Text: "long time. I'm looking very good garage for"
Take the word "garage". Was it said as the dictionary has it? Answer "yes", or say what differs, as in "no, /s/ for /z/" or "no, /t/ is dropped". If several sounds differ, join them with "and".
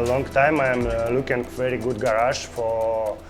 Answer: no, /ʃ/ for /ʒ/